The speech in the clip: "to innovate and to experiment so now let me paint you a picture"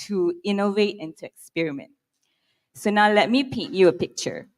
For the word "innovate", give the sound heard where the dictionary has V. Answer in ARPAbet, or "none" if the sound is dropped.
V